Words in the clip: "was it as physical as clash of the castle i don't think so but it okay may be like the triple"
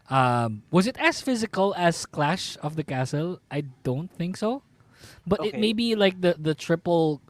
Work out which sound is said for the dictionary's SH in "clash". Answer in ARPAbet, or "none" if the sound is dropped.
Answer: SH